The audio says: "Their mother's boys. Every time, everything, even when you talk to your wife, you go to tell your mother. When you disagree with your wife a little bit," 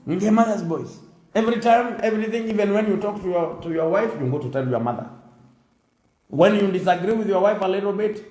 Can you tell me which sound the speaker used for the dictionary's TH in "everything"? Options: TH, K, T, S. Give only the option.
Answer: TH